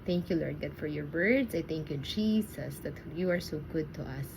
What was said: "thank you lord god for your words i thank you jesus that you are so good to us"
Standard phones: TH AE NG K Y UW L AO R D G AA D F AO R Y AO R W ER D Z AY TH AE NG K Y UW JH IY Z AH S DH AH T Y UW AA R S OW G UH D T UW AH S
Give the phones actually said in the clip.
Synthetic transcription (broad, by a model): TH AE NG K Y UW L AO R D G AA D F AO R Y AO R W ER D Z AY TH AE NG K Y UW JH IY S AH S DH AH T Y UW AA R S OW G UH D T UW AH S